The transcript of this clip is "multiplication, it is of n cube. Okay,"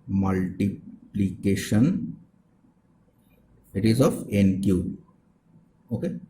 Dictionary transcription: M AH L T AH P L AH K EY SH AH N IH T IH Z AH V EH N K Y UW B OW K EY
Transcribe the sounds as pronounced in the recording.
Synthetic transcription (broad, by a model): M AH L T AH P L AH K EY SH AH N IH T IH Z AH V EH N K Y UW OW K EY